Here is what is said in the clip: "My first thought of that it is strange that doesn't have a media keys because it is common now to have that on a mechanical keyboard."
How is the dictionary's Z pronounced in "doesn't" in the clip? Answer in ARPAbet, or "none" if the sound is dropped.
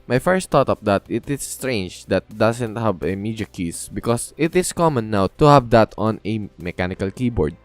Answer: S